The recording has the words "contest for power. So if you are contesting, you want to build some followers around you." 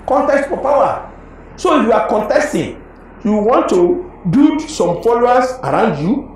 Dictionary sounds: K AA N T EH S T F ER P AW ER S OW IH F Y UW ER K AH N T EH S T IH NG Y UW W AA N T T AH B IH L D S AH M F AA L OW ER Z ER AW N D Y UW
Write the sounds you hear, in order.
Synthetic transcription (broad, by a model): K AA N T EH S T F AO P AW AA S OW IH F Y UW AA K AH N T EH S T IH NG Y UW W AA N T T AH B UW D S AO M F AA L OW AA S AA AW N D Y UW